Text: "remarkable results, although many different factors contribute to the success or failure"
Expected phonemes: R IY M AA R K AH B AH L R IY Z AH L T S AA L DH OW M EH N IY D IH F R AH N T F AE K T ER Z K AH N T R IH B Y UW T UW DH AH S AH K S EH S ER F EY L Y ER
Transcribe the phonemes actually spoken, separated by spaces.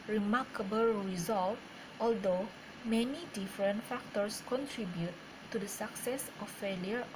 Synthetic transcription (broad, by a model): R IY M AA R K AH B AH L R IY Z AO L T AA L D OW M EH N IY D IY F R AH N T F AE K T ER S K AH N T R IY B Y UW T UW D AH S AH K S EH S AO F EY L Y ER